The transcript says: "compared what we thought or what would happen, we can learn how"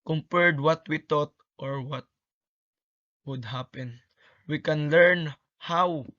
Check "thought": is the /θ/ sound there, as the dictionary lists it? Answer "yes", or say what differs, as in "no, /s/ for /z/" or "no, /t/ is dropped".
no, /t/ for /θ/